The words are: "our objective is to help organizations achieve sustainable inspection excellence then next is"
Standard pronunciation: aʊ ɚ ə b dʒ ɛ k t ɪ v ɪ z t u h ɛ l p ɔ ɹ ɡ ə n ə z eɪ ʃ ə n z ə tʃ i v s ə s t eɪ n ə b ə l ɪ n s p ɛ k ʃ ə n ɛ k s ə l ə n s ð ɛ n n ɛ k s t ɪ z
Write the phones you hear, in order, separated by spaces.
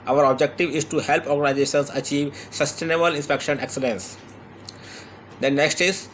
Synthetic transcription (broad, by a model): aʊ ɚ ə b dʒ ɛ k t ɪ v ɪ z t u h ɛ l p ɔ ɹ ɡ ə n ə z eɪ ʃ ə n s ə tʃ i v s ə s t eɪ n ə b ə l ɪ n s p ɛ k ʃ ə n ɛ k s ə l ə n s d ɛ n n ɛ k s t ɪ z